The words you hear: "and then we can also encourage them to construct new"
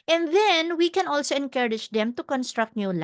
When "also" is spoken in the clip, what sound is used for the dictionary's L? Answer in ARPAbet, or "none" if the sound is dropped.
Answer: L